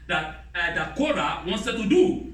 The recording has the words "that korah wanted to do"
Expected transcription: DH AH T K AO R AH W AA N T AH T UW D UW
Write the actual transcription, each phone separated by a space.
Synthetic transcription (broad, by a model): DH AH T K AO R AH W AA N S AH T UW D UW